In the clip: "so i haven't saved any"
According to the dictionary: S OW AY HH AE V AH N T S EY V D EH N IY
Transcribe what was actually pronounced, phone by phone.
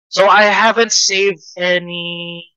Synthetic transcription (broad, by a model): S OW AY HH AE V AH N T S EY V D EH N IY